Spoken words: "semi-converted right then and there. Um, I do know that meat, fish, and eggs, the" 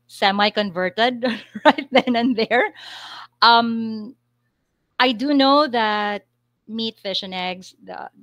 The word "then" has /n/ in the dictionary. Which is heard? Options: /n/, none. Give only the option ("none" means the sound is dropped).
/n/